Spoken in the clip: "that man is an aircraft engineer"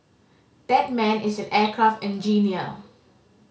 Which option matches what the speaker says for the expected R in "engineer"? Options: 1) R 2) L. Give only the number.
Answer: 2